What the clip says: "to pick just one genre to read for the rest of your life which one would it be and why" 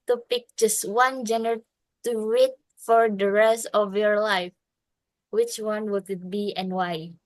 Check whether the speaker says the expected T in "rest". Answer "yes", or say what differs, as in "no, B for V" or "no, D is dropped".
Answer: yes